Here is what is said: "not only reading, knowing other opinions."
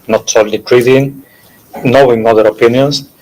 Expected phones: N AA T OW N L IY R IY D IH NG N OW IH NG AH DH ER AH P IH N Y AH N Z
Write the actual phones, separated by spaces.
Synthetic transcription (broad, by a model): N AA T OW L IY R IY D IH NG N OW IH NG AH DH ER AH P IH N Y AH N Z